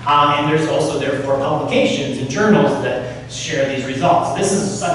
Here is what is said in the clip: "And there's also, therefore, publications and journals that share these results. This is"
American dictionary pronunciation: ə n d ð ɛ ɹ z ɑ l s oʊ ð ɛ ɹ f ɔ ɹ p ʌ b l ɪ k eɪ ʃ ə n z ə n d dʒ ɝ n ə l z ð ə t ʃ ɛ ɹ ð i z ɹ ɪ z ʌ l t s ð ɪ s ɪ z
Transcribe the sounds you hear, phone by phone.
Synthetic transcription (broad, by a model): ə n ð ɛ ɹ z ɑ l s oʊ ð ɛ ɹ f ɔ ɹ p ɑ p l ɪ k eɪ ʃ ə n z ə n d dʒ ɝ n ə l z ð ə t ʃ ɛ ɹ ð i z ɹ ɪ z ʌ l t s ð ɪ s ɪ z